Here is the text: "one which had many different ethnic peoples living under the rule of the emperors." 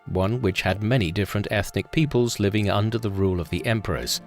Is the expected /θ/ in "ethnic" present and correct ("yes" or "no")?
yes